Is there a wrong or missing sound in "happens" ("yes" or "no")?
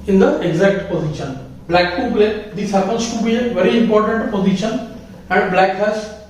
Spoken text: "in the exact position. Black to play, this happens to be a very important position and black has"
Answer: yes